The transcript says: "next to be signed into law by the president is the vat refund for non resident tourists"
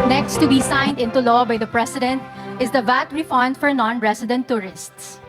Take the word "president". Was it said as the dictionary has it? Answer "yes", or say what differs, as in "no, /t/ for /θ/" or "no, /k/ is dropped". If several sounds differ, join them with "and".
no, /s/ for /z/